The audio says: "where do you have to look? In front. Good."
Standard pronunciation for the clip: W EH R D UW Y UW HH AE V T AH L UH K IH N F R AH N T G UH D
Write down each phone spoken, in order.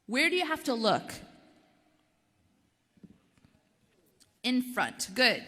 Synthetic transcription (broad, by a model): W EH R D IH Y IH HH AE F T AH L UH K IH N F R AH N T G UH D